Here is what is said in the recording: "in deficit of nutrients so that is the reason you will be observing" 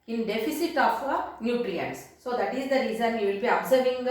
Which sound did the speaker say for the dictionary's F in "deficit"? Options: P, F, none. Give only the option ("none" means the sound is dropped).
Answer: F